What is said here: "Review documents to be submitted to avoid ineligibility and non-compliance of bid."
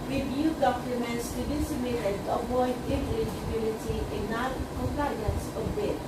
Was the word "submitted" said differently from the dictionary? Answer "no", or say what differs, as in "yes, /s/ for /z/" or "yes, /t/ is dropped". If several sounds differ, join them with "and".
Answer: yes, /b/ is dropped